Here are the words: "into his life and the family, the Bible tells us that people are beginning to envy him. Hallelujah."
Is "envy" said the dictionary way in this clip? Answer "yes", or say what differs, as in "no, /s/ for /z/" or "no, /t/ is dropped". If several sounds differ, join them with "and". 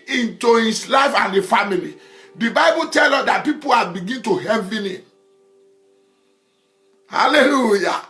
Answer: no, /n/ is dropped